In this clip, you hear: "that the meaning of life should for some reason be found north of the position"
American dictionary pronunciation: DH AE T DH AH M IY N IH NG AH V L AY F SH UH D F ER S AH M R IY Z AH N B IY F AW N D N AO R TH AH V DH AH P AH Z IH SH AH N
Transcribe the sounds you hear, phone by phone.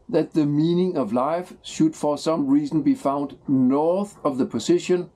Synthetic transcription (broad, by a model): DH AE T DH AH M IY N IH NG AH V L AY F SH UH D F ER S AH M R IY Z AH N B IY F AW N D N AO R TH AH V DH AH P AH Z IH SH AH N